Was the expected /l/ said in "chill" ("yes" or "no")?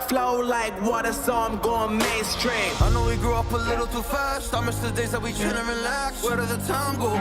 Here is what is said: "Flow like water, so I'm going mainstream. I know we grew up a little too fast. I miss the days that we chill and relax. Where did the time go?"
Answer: no